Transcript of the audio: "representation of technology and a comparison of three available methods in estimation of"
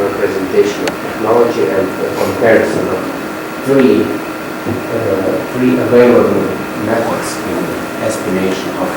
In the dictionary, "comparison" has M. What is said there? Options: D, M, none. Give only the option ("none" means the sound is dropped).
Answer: M